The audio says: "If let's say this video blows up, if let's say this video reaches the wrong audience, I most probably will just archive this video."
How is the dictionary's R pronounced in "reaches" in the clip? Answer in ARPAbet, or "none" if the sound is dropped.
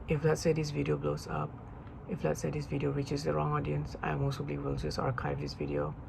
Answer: W